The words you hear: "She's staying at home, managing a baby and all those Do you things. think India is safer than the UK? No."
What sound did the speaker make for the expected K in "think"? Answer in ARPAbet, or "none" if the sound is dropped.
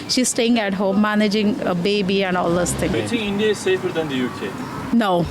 none